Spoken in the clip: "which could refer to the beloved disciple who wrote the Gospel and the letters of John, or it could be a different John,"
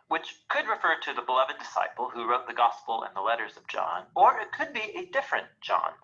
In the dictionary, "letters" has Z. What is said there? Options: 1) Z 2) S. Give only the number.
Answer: 1